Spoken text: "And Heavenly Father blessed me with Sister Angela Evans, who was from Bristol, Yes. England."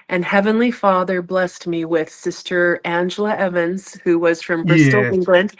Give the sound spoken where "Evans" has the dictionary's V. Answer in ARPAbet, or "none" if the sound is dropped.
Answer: V